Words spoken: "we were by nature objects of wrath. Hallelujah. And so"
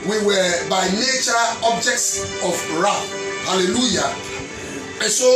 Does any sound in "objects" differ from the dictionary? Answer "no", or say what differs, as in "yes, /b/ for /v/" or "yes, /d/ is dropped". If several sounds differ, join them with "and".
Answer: no